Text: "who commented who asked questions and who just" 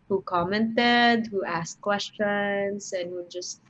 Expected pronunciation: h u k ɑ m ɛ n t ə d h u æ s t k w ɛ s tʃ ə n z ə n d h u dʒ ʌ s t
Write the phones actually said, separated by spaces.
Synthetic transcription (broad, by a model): h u k ɑ m ɛ n t ə d h u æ s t k w ɛ s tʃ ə n s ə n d h u dʒ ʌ s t